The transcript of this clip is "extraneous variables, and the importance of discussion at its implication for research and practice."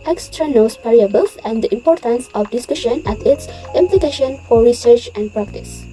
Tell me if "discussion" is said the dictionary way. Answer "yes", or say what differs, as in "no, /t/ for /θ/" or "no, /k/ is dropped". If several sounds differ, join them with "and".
yes